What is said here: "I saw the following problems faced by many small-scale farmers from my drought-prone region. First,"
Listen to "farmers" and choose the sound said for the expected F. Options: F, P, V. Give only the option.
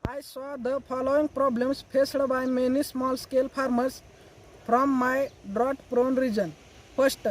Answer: P